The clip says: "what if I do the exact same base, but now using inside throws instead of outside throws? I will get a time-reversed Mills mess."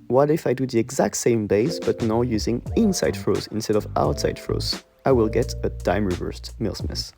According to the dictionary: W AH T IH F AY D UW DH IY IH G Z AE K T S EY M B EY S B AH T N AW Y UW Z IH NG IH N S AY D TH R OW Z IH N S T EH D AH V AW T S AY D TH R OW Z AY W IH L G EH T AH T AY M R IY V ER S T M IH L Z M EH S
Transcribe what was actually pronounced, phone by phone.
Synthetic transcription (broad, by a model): W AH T IH F AY D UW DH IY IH G Z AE K T S EY M B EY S B AH T N AW Y UW Z IH NG IH N S AY D F R OW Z IH N S T EH D AH V AW T S AY D F R OW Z AY W IH L G EH T AH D AY M R IY V ER S T M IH L S M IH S